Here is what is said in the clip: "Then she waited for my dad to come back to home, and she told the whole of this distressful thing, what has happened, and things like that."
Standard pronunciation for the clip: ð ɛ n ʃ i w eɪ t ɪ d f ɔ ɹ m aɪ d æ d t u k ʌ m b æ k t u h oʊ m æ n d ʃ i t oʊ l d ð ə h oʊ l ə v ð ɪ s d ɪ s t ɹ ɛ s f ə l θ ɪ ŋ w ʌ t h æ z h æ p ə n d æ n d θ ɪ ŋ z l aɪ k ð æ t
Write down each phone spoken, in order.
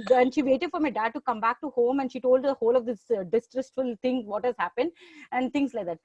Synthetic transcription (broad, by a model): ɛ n ʃ i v eɪ t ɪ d f ɔ ɹ m aɪ d æ d t u k ʌ m b æ k t u h oʊ m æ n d ʃ i t oʊ l d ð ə h oʊ l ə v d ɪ s d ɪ s t ɹ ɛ s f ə l t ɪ ŋ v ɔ t h æ z h æ p ə n d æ n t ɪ ŋ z l aɪ k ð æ t